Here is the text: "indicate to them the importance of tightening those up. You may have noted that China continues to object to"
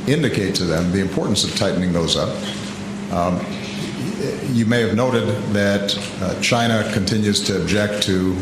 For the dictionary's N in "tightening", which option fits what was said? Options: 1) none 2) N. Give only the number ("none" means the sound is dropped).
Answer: 2